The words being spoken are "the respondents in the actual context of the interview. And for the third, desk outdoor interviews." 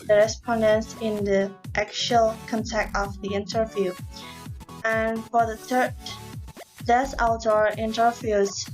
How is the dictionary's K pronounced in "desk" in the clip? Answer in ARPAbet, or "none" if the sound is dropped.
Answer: none